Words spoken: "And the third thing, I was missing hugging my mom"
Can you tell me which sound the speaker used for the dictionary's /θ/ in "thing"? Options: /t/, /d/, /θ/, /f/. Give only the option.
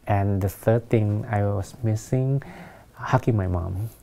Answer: /t/